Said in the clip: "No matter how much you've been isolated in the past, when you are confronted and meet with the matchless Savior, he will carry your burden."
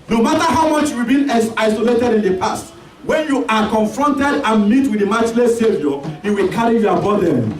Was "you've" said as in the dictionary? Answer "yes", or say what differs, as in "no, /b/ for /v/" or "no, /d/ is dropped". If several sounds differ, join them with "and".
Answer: no, /w/ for /v/